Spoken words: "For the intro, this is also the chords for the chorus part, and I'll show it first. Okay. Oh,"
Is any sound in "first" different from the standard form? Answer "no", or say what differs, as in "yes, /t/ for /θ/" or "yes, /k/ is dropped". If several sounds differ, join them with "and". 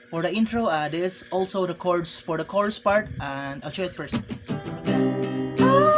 yes, /p/ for /f/ and /t/ is dropped